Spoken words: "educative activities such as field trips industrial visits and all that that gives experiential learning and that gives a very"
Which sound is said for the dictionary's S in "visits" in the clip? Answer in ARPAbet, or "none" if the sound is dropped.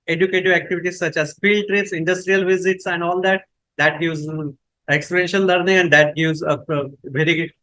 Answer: S